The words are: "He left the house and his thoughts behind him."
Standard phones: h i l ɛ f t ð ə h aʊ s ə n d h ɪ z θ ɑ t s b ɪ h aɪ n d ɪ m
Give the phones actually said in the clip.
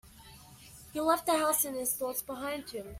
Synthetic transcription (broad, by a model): h i l ɛ f t ð ə h aʊ s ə n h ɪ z θ ɑ t s b ɪ h aɪ n d ɪ m